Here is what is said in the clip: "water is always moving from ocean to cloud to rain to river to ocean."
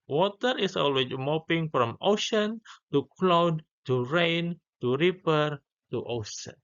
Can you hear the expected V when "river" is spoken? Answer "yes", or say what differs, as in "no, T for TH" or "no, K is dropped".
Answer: no, P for V